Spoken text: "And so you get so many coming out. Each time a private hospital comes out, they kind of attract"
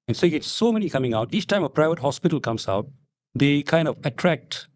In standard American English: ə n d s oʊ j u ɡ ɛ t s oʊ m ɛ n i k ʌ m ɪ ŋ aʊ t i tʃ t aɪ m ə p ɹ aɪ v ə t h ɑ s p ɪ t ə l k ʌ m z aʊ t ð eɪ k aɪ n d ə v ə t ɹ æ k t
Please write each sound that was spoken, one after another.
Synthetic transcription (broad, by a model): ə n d s oʊ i ɡ ɛ t s oʊ m ɛ n i k ʌ m ɪ ŋ aʊ t i tʃ t aɪ m ə p ɹ aɪ v ə t h ɑ s p ɪ t ə l k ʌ m s aʊ t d eɪ k aɪ n d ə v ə t ɹ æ k t